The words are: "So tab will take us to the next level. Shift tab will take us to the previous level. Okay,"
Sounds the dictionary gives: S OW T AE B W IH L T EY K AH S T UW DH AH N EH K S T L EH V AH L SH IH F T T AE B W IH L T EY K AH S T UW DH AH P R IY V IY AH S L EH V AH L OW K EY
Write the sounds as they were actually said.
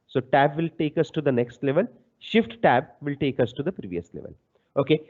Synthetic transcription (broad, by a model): S OW T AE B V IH L T EY K AH S T UW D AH N EH K S T L EH V AH L SH IH F T T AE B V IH L T EY K AH S T UW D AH P R IY V IY AH S L EH V AH L OW K EY